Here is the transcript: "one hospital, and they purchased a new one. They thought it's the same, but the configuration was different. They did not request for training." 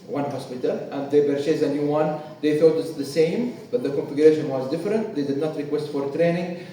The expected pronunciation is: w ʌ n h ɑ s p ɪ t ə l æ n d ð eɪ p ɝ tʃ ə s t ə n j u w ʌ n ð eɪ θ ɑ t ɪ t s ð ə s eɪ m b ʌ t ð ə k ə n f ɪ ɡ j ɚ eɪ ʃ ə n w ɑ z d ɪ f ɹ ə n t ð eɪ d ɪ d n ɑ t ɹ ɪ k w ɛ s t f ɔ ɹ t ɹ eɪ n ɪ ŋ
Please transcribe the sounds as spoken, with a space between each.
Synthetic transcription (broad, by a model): w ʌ n h ɑ s p ɪ t ə l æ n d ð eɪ b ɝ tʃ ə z ə n j u w ʌ n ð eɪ θ ɑ t ɪ t s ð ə s eɪ m b ʌ t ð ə k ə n f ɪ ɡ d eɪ ʃ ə n w ɑ z d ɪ f ɹ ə n t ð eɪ d ɪ d n ɑ t ɹ ɪ k w ɛ s t f ɔ ɹ t ɹ eɪ n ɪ ŋ